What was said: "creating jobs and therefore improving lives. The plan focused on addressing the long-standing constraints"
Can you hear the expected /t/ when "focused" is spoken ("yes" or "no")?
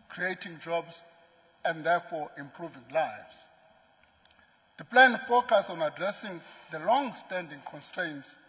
no